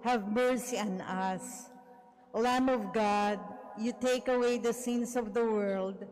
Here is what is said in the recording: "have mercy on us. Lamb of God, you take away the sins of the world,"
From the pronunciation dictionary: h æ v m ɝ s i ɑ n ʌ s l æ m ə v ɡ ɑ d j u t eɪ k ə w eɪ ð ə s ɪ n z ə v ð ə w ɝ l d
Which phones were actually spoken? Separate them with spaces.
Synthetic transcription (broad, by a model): h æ v m ɝ s i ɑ n ʌ s l æ m ə v ɡ ɑ d j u t eɪ k ə w eɪ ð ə s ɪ n s ə v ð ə w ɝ l d